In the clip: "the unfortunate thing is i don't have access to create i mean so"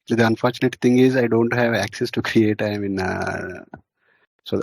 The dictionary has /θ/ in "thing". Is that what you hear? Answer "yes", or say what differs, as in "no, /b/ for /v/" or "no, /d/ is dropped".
no, /t/ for /θ/